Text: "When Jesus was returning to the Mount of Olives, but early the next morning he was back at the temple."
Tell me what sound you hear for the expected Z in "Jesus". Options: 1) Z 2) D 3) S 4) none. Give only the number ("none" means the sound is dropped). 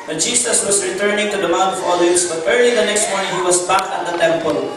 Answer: 3